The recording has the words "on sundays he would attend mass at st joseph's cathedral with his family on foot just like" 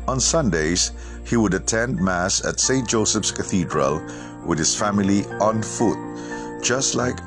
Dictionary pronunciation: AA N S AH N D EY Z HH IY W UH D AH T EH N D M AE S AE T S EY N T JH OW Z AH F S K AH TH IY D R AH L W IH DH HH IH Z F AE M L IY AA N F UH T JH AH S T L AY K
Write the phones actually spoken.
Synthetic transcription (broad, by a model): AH N S AH N D EY Z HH IY W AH D AH T EH N D M AE S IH T S EY N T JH OW S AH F S K AH TH IY D R AH L W IH DH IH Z F AE M L IY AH N F UH T JH AH S T L AY K